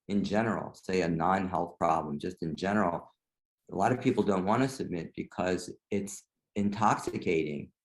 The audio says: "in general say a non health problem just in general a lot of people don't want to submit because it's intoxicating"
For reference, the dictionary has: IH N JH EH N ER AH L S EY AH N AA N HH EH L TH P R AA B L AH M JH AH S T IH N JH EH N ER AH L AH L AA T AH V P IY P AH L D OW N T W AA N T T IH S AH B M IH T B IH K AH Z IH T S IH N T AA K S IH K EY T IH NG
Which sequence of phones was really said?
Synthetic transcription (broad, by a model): IH N JH EH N ER L S EY AH N AA N HH EH L TH P R AA B L AH M JH AH S T IH N JH EH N ER L AH L AA T AH V P IY P L D OW N T W AA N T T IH S AH B M IH T B IH K AH Z IH T S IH N T AA K S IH K EY T IH NG